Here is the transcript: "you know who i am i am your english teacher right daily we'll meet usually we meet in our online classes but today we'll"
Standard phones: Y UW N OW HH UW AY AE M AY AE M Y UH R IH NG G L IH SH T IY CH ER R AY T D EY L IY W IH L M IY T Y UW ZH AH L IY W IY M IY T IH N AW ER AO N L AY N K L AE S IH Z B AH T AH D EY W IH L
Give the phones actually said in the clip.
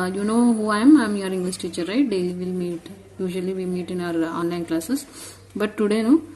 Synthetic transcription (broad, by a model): Y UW N OW HH UW AY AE M AY M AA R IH NG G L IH S T IY CH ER R AY T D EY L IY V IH L M IY T Y UW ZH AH L IY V IY M IY T IH N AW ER AO N L AY N K L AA S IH S B AH T AH D EY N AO